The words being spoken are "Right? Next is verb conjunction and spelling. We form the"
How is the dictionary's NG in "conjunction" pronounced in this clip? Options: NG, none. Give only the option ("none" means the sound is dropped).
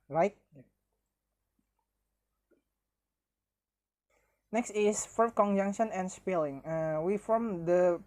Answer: NG